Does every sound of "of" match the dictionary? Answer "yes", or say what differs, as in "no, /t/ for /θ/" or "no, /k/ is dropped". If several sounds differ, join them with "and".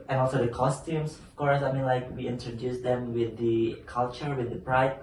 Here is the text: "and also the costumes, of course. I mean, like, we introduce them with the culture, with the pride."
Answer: no, /f/ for /v/